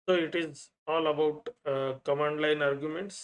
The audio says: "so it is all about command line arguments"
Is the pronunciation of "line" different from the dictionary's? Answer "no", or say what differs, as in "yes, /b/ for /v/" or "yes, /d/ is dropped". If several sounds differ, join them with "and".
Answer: no